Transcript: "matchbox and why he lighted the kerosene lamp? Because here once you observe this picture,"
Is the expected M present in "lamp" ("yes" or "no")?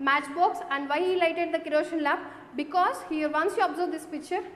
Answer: no